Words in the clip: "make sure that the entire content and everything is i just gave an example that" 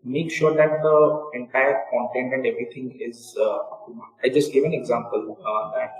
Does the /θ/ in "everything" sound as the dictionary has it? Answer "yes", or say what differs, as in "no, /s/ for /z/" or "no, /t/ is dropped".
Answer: no, /t/ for /θ/